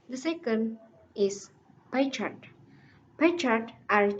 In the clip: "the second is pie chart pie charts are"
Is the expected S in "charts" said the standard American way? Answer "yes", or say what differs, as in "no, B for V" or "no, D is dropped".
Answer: no, S is dropped